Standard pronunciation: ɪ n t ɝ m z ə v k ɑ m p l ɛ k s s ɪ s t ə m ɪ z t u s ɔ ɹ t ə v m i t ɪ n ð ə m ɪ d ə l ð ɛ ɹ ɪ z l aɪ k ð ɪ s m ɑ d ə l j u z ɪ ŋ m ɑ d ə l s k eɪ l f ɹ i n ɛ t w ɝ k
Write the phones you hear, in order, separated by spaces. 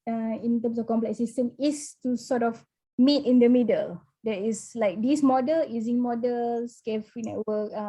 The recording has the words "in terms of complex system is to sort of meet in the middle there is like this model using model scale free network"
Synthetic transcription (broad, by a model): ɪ n t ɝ m s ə f k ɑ m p l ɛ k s s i s t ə m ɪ s t u s ɔ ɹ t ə f m i t ɪ n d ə m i d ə l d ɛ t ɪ s l aɪ k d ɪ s m ɑ d ə l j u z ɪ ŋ m ɑ d ə l s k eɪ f i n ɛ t w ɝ k